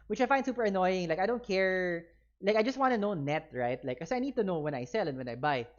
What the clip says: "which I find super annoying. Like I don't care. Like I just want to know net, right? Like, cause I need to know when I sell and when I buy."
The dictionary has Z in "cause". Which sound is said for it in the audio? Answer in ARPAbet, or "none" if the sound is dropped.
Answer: none